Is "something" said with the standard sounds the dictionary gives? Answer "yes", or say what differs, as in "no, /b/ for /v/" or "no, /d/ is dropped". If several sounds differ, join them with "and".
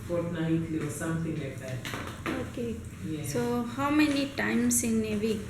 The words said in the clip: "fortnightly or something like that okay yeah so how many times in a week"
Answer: no, /t/ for /θ/